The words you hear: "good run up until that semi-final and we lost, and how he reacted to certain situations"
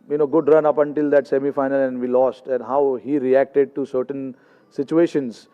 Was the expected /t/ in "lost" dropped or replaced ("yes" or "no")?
no